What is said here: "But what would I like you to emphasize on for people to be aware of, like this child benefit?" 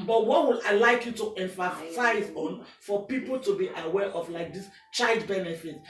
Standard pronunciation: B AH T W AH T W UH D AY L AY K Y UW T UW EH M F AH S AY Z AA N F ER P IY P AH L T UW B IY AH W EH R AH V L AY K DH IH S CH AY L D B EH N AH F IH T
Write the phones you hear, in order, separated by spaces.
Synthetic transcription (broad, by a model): B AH T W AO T W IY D AY L AY K Y UW T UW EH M F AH S AY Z AA N F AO P IY P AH L T UW B IY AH W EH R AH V L AY K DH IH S CH AY L D B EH N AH F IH T